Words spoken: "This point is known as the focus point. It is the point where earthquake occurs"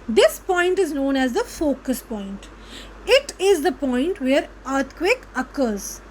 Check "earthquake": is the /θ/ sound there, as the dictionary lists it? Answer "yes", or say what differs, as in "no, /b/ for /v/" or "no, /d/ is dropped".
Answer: no, /t/ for /θ/